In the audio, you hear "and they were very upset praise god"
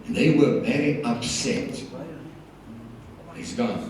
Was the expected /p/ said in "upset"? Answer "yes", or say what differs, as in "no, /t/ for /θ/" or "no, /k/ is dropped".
yes